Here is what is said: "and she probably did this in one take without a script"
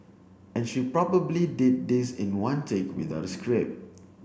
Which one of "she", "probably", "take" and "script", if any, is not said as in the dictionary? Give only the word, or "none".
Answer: script